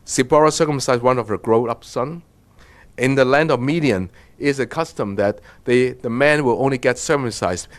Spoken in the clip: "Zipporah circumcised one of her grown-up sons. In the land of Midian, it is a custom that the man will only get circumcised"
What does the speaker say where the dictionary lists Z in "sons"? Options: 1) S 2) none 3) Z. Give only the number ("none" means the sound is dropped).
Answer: 2